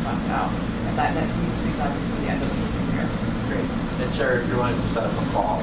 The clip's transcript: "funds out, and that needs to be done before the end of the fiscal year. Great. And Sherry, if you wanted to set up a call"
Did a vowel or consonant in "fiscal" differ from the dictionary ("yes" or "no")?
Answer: yes